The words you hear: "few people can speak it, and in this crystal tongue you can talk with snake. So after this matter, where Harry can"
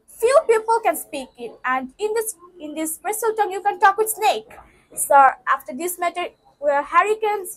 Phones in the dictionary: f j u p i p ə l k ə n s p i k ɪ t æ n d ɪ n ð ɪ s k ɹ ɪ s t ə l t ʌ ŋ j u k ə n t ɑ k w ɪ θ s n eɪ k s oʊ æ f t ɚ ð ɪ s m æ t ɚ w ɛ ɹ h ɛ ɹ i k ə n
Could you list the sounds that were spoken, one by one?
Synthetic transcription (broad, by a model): f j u p i p ə l k ə n s p i k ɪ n æ n d ɪ n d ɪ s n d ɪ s s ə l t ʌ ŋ j u k ə n t ɑ k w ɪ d s n eɪ k s oʊ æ f t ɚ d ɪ s m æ t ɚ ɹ h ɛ ɹ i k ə n